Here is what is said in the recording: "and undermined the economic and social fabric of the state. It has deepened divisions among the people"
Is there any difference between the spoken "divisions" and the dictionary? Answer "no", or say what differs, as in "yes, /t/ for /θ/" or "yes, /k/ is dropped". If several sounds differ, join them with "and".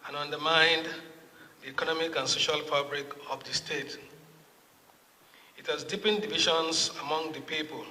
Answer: yes, /ʃ/ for /ʒ/